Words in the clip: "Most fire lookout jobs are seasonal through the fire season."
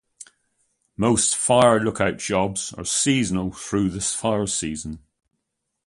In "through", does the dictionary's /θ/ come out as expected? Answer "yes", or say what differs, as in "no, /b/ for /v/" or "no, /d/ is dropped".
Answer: yes